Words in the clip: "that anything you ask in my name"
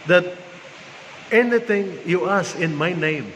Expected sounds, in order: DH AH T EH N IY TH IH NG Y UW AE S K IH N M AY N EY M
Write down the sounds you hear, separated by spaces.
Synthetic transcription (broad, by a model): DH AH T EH N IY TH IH NG Y UW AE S IH N M AY N EY M